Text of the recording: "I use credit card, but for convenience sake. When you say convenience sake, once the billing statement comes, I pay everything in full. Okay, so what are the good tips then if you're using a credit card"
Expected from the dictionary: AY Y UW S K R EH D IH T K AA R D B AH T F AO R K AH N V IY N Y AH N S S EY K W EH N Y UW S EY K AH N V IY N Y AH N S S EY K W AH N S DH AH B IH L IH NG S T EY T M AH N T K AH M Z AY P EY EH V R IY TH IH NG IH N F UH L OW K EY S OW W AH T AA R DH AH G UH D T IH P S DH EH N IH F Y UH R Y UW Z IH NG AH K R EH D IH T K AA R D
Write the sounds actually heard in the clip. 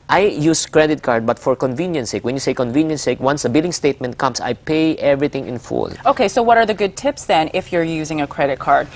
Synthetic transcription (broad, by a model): AY Y UW S K R EH D IH T K AA R D B AH T F AO R K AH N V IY N Y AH N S S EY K W EH N Y UW S EY K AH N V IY N Y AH N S S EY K W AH N S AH B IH L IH NG S T EY T M AH N T K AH M S AY P EY EH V R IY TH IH NG IH N F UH L OW K EY S OW W AH T AA R DH AH G UH D T IH P S DH EH N IH F Y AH R Y UW Z IH NG AH K R EH D IH T K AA R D